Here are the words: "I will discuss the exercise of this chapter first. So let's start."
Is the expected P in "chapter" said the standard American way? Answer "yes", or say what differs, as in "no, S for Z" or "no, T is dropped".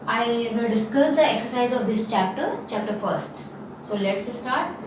yes